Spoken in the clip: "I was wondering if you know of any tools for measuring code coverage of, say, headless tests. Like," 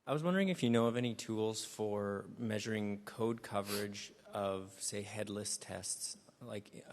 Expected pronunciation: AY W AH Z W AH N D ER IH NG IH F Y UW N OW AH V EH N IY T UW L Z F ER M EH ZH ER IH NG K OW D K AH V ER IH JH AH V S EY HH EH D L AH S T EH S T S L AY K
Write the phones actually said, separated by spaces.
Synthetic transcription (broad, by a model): AY W AH Z W AH N D ER IH NG IH F Y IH N OW AH V EH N IY T UW L Z F ER M EH ZH ER IH NG K OW D K AH V ER IH JH AH V S EY HH EH D L AH S T EH S T S L AY K